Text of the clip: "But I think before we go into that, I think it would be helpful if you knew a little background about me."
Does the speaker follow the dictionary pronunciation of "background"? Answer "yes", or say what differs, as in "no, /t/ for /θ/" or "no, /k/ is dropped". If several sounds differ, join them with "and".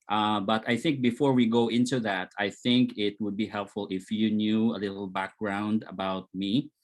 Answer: yes